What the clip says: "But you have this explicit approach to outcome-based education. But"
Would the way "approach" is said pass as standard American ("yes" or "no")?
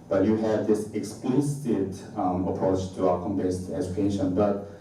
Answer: yes